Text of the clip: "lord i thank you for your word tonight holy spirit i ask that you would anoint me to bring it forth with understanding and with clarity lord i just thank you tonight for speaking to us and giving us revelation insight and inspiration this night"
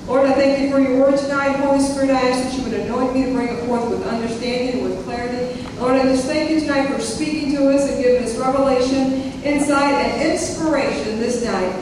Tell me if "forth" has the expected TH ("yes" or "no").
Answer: yes